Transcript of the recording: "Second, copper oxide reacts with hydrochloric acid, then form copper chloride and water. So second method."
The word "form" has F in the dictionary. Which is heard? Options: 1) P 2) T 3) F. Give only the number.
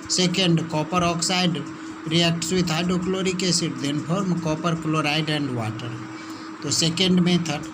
1